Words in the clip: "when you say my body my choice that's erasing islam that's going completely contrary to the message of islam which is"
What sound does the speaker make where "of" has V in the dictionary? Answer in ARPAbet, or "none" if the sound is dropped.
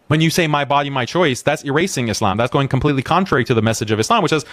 V